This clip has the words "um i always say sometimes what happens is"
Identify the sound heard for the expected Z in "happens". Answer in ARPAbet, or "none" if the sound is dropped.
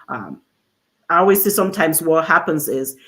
Z